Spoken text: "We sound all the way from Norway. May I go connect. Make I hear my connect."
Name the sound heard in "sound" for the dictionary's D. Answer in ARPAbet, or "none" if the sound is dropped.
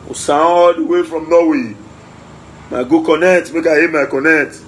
none